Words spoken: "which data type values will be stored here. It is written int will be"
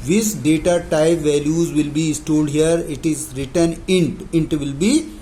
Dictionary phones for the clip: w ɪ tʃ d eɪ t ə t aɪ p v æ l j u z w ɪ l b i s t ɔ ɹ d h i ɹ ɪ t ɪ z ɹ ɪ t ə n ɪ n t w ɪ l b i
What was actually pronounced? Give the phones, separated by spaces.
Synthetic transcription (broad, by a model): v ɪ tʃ d eɪ t ə t aɪ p v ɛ l j u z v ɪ l b i s t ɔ l d h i ɹ ɪ t ɪ z ɹ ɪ t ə n ɪ n t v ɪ l b i